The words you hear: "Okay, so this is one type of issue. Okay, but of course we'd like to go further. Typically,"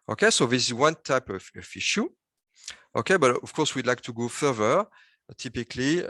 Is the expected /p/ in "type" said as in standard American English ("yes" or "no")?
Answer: yes